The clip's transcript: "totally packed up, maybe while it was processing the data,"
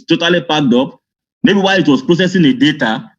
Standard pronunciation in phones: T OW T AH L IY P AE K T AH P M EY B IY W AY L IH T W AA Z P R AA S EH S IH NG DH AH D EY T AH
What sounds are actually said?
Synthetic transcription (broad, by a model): T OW T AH L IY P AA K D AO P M EY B IY W AY IH T W AA S P R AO S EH S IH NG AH D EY T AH